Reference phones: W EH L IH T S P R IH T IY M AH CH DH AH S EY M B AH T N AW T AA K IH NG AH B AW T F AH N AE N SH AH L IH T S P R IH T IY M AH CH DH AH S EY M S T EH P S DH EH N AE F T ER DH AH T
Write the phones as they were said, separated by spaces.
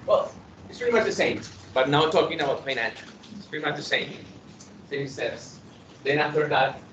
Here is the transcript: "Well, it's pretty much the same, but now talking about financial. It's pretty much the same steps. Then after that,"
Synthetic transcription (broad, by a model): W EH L IH T S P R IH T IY M AH CH DH AH S EY M B AH T N AW T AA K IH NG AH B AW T P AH IH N AH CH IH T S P R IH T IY M AH CH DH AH S EY M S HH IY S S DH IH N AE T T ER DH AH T